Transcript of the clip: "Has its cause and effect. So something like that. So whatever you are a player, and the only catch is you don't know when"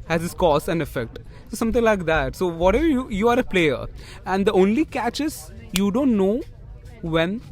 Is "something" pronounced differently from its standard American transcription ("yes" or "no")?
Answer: yes